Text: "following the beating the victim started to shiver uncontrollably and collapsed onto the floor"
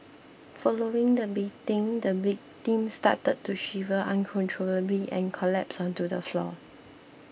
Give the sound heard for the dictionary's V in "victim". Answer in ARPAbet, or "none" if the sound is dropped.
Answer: B